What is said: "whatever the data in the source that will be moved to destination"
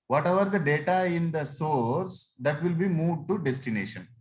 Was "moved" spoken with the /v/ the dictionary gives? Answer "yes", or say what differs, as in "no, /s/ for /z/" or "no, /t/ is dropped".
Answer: no, /v/ is dropped